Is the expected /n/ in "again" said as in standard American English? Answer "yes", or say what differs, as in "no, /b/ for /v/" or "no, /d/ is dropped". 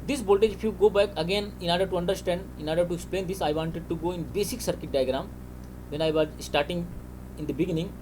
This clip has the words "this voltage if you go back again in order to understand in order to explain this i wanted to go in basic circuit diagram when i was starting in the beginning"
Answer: yes